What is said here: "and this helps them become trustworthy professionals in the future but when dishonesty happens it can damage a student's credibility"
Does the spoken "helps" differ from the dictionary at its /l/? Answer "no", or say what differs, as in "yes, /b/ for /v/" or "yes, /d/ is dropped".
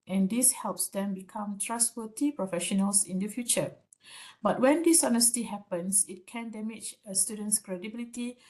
no